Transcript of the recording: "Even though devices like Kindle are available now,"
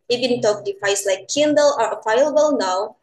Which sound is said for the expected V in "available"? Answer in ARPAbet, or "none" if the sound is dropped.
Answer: F